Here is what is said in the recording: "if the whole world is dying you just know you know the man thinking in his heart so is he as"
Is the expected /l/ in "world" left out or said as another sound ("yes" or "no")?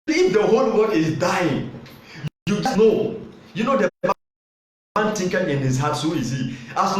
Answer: yes